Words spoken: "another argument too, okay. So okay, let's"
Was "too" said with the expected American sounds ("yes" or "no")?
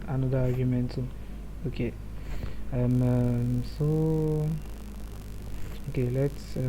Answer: no